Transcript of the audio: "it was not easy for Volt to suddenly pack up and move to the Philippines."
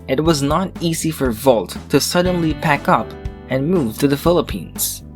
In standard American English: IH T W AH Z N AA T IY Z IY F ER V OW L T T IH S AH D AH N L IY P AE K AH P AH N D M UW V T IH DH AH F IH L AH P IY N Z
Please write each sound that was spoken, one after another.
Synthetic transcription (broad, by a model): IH T W AH Z N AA T IY Z IY F ER V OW L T T IH S AH D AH N L IY P AE K AH P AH N M UW V T IH DH AH F IH L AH P IY N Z